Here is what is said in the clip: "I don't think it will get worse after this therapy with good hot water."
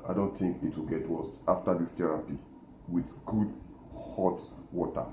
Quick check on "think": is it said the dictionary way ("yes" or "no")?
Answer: yes